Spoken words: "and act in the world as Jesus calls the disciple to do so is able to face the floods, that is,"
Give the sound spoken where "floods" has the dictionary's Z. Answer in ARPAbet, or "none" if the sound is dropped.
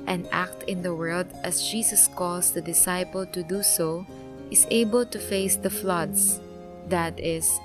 S